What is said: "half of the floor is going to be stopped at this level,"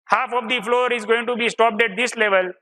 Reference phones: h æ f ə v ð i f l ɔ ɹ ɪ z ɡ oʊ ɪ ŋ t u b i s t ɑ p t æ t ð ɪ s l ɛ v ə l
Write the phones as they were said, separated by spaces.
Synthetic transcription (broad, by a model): h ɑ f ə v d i f l ɔ ɹ ɪ z ɡ oʊ ɪ ŋ t u b i s t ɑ p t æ t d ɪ s l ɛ v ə l